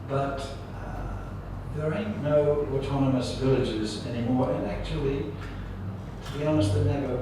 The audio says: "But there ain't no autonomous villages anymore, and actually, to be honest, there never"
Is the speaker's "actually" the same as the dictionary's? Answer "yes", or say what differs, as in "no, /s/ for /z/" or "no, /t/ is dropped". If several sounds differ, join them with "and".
no, /l/ is dropped